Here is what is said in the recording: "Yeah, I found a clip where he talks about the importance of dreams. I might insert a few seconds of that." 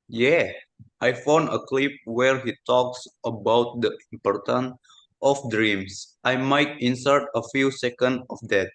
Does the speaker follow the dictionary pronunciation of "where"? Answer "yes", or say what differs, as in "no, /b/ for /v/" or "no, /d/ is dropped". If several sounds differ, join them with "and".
yes